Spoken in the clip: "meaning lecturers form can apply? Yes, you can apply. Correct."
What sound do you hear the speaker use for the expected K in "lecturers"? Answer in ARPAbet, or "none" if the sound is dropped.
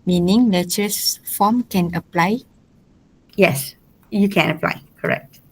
none